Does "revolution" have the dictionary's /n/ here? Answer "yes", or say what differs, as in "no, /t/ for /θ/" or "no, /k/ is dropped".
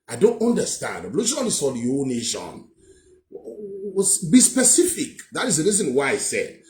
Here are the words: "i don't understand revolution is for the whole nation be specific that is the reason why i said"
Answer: no, /n/ is dropped